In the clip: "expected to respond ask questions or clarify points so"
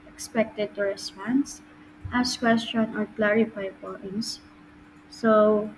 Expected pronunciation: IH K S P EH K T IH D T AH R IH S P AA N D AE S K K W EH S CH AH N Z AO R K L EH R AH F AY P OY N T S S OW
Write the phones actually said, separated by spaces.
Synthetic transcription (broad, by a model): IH K S P EH K T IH D T AH R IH S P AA N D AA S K K W EH S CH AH N AO R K L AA R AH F AY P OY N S S OW